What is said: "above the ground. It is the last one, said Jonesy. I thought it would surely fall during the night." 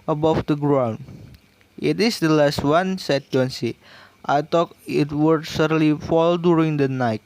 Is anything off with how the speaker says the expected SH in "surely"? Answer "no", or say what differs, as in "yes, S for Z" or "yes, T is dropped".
yes, S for SH